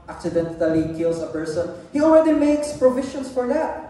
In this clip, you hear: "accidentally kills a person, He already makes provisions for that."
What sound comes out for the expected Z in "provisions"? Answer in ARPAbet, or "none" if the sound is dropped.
S